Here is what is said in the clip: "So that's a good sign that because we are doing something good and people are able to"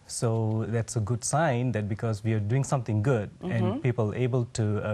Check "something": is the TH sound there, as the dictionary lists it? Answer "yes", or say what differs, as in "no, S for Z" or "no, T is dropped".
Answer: no, T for TH